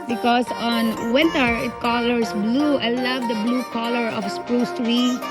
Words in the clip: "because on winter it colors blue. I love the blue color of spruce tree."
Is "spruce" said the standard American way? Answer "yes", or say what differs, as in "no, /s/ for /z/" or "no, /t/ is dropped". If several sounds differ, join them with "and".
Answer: yes